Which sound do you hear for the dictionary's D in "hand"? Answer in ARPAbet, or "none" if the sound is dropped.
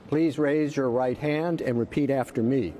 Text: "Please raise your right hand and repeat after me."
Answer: D